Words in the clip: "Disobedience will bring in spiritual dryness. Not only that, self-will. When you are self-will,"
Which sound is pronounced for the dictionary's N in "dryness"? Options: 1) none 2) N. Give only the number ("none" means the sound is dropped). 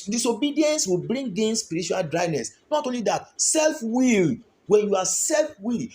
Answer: 2